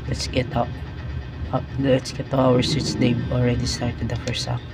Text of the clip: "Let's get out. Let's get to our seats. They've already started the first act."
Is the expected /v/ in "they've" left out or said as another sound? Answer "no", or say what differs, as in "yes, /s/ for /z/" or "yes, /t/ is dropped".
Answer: yes, /b/ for /v/